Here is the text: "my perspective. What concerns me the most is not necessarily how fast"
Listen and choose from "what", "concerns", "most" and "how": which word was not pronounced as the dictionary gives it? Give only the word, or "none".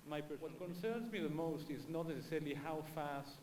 none